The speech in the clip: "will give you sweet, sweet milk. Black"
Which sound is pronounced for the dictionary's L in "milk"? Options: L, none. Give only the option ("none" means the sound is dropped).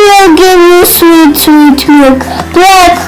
none